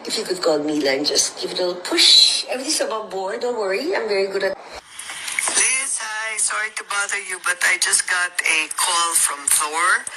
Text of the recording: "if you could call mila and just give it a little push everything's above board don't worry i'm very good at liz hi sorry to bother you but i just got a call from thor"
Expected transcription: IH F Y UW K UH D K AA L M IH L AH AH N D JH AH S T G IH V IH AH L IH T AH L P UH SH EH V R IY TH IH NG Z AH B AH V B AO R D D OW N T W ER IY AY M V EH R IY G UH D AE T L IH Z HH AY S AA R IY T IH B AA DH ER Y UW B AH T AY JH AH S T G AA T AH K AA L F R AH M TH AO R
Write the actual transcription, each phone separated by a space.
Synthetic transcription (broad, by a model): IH F Y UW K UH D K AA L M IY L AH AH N JH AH S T G IH V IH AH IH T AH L P UH SH EH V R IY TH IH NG S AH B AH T B AO R D D OW N T W ER IY AY M V EH R IY G UH D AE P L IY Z HH AY S AA R IY T IH B AA DH ER Y UW B AH T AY JH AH S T G AA T AH K AA L F R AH M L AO R